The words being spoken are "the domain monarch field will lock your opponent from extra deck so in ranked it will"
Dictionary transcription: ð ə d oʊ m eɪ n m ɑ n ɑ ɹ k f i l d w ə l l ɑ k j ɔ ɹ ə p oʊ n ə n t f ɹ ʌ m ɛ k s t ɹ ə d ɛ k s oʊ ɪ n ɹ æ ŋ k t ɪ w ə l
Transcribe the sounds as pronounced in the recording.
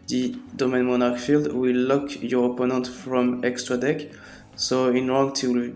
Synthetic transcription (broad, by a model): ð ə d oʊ m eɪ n m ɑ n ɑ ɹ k f i l d w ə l l ɑ k j ɔ ɹ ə p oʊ n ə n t f ɹ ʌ m ɛ k s t ɹ ə d ɛ k s oʊ ɪ n ɹ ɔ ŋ t ɪ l